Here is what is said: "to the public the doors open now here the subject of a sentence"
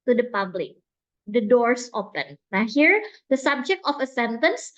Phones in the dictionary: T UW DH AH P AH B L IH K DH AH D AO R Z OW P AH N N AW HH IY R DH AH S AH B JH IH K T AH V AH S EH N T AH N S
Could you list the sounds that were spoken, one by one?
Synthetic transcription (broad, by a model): T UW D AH P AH B L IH K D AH D AO R S OW P AH N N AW HH IY R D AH S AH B JH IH K T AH F AH S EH N T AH N S